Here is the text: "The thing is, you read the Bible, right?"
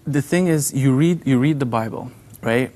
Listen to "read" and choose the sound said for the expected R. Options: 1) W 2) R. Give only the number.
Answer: 2